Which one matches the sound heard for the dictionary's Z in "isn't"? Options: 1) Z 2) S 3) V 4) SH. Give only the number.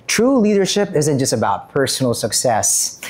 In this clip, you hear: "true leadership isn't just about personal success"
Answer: 1